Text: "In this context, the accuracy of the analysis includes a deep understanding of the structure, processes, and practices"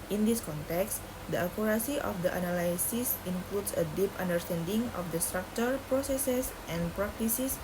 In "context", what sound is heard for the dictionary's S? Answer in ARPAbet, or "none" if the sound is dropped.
S